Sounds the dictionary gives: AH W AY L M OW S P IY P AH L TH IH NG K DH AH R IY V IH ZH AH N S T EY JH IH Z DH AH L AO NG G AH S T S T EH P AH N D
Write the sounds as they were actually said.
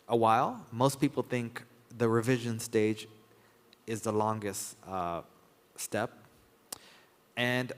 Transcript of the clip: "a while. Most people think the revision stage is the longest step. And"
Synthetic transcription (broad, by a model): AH W AY L M OW S P IY P L TH IH NG K DH AH R IY V IH ZH AH N S T EY JH IH Z DH AH L AO NG G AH S T S T EH P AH N